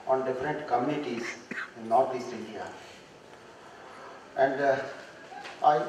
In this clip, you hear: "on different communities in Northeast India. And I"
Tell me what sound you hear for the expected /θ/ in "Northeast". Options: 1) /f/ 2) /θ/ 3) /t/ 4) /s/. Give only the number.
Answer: 3